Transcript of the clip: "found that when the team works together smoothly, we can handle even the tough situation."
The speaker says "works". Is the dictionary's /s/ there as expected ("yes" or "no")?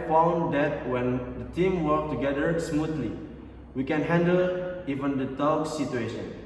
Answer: no